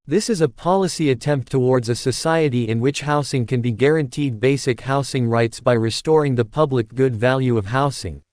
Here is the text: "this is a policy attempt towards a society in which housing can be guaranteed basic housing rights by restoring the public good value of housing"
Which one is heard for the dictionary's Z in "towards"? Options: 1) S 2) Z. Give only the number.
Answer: 2